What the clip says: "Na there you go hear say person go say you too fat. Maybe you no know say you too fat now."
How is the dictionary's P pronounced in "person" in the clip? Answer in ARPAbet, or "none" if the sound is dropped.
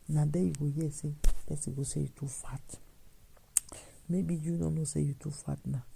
B